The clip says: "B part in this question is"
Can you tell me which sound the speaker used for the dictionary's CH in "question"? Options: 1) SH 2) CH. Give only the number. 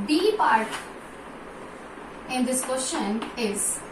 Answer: 1